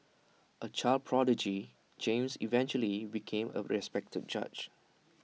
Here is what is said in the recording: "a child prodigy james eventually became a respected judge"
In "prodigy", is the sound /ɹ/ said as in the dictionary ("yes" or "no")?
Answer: yes